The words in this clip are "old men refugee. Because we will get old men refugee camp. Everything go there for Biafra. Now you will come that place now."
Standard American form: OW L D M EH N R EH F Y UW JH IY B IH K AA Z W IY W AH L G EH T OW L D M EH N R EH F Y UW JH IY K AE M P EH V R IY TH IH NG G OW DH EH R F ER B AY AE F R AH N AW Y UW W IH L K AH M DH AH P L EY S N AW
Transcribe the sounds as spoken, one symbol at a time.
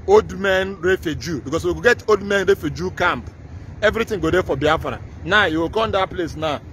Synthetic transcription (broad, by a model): OW L D M EH N R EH F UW JH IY B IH K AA S W IY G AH G EH T OW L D M EH N R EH F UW JH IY K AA M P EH V R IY T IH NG G OW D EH F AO B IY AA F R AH N AW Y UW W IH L K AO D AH P L EY S N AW